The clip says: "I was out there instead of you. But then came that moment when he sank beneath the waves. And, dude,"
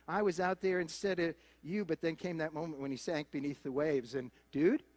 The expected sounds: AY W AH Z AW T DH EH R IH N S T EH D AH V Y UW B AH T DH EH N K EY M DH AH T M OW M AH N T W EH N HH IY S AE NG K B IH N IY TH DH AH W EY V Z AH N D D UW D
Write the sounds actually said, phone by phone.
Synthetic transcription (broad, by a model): AY W AH Z AW T DH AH R IH N S T EH D AH V Y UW B AH T DH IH N K EY M DH AH T M OW M AH N T W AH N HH IY S AE NG K B IH N IY TH DH AH W EY V Z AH N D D UW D